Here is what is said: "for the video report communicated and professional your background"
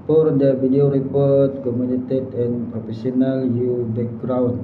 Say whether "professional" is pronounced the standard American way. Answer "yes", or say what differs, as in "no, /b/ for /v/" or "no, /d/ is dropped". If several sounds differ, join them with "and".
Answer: no, /s/ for /ʃ/